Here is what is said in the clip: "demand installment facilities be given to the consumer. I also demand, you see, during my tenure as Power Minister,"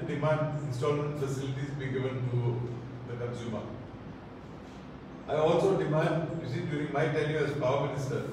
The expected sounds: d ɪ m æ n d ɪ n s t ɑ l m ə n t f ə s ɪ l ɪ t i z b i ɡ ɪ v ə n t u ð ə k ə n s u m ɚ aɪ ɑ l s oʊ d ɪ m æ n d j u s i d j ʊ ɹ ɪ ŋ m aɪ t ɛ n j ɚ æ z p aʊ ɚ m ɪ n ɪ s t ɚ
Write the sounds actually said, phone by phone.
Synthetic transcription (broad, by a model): d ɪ m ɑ n d ɪ n s t ɑ l m ə n t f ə s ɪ l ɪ t i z b i ɡ ɪ v ə n t u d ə k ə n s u m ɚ aɪ ɑ l s oʊ d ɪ m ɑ n d j u s i d j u ɹ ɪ ŋ m aɪ t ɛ l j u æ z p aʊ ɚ m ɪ n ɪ s t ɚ